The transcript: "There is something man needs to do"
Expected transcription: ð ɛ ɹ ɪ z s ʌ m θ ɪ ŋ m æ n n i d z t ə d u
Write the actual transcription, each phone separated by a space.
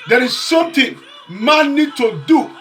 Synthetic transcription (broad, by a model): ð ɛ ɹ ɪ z s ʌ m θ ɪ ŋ m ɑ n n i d t ə d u